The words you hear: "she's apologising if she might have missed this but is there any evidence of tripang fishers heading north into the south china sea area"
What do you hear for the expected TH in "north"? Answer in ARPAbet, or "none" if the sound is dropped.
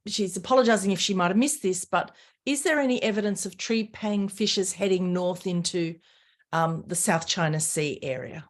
TH